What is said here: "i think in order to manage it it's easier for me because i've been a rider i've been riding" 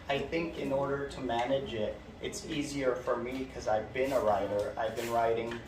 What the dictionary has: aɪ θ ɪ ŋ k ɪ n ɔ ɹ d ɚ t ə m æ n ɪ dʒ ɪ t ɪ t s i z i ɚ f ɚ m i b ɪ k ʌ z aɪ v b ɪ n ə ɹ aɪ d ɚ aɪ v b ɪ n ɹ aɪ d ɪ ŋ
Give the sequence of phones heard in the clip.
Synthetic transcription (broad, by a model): aɪ θ ɪ ŋ k ɪ n ɔ ɹ d ɚ t ə m æ n ɪ dʒ ɪ t ɪ t s i z i ɚ f ɚ m i k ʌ z aɪ v b ɪ n ə ɹ aɪ d ɚ aɪ v b ɪ n ɹ aɪ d ɪ ŋ